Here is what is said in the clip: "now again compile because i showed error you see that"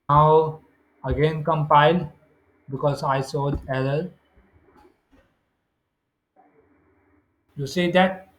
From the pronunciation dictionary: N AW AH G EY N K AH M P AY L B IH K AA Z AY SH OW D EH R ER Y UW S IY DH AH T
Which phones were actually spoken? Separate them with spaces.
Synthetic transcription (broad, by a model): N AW AH G EY N K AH M P AY L B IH K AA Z AY S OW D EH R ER Y UW S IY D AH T